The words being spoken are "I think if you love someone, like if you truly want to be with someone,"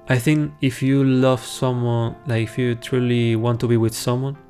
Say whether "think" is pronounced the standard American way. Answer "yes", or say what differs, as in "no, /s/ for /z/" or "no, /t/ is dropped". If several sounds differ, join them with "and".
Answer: yes